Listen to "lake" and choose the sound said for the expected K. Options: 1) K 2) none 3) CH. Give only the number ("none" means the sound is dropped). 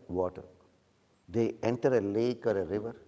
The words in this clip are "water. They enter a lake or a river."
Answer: 1